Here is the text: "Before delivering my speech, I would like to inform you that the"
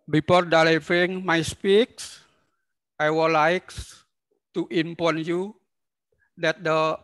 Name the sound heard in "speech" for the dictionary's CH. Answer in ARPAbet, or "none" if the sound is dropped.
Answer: S